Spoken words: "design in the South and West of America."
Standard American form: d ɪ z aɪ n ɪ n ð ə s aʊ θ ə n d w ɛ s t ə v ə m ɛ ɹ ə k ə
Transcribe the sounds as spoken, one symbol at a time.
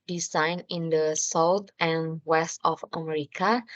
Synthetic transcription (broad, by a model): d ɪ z aɪ n ɪ n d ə s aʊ t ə n w ɛ s t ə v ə m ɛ ɹ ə k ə